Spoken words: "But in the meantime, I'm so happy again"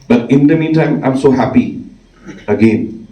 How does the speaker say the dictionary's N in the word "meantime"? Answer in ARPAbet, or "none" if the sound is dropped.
none